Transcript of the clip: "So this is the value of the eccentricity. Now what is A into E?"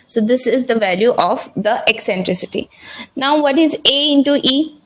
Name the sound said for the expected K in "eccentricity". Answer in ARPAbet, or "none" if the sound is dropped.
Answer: K